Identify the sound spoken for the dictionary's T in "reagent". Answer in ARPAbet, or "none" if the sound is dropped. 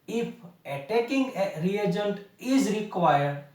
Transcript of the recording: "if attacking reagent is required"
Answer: T